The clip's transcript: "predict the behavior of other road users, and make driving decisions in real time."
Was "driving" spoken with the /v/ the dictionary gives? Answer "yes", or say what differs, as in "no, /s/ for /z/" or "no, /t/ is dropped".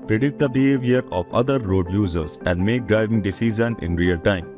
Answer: yes